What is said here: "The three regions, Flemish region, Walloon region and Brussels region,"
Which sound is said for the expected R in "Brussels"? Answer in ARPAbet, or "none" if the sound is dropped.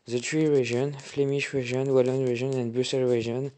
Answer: none